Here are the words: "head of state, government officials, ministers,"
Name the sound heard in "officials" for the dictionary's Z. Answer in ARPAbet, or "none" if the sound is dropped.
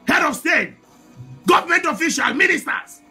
none